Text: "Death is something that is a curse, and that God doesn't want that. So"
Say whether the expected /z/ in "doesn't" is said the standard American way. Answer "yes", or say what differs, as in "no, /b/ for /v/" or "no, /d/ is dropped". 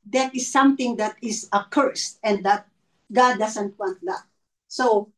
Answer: no, /s/ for /z/